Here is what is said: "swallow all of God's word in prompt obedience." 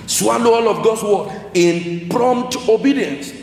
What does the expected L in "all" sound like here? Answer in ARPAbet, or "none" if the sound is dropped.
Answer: L